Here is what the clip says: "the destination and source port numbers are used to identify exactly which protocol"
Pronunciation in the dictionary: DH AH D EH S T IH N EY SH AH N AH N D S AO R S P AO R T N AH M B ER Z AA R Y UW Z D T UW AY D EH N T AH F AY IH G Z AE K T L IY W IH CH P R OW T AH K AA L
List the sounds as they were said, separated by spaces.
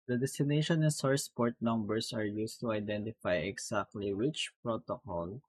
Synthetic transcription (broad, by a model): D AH D EH S T IH N EY SH AH N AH N S AO R S P AO R T N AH M B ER S AA R Y UW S T UW AY D EH N T AH F AY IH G S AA K T L IY W IH CH P R OW T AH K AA L